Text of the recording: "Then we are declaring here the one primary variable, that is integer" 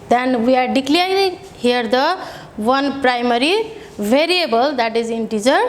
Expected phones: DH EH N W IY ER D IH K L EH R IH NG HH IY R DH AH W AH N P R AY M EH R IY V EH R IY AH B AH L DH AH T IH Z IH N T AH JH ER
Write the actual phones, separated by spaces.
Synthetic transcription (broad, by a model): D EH N W IY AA D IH K L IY IH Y HH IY R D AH W AH N P R AY M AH R IY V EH R IY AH B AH L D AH T IH Z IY N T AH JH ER